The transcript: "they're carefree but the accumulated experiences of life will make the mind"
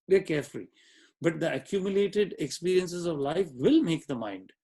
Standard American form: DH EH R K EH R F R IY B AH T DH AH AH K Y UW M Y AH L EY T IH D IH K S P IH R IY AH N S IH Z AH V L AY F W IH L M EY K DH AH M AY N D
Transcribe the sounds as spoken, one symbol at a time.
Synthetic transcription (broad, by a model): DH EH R K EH R F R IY B AH T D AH AH K Y UW M Y AH L EY T IH D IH K S P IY R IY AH N S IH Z AH V L AY F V IH L M EY K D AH M AY N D